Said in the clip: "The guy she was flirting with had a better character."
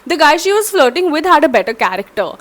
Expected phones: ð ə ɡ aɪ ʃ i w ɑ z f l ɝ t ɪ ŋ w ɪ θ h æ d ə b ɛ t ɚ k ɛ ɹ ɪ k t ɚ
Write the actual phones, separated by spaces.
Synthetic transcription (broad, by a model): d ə ɡ aɪ ʃ i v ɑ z f l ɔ t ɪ ŋ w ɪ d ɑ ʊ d ə b ɛ t ɚ k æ ɹ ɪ k t ɚ